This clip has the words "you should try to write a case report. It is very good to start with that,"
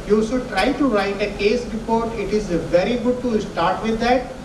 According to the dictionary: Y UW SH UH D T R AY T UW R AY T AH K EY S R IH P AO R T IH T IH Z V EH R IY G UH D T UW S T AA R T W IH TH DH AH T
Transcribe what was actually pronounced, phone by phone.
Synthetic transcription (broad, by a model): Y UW S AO T R AY T UW R AY T AH K EY S R IH P AO R T IH T IH Z V EH R IY G UH D T UW S T AA R T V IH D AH T